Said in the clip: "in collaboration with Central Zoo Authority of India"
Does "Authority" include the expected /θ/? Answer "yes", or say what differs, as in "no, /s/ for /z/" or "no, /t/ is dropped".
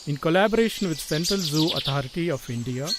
no, /t/ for /θ/